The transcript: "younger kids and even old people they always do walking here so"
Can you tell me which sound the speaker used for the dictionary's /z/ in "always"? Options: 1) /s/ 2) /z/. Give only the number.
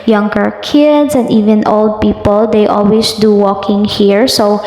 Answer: 1